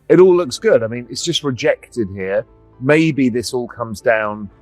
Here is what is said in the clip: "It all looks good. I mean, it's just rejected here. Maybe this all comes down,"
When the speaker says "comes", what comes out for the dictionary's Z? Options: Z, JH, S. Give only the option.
Z